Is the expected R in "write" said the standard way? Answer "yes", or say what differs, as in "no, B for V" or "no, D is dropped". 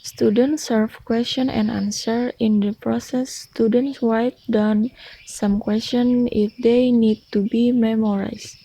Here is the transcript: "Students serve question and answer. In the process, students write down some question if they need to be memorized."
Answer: no, W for R